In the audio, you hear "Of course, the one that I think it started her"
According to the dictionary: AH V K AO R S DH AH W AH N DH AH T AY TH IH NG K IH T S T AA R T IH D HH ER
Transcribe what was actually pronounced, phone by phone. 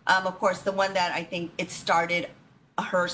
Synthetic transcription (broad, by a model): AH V K AO R S DH AH W AH N DH AH T AY TH IH NG K IH T S T AA R T IH D HH ER